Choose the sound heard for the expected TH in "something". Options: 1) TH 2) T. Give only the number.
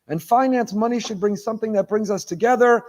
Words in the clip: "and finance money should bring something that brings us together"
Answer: 1